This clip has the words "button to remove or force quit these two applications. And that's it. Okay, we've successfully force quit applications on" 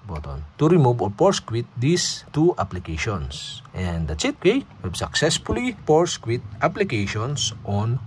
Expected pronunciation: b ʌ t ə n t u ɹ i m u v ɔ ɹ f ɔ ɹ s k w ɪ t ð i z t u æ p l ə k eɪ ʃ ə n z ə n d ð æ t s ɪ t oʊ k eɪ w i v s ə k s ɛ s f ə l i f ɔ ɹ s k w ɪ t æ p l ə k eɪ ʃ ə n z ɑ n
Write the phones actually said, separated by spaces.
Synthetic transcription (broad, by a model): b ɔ t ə n t u ɹ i m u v ɔ ɹ p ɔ ɹ s k w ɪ t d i s t u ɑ p l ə k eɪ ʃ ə n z ə n d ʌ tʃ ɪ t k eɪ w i b s ə k s ɛ s f ə l i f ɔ ɹ s k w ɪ t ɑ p l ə k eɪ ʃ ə n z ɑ n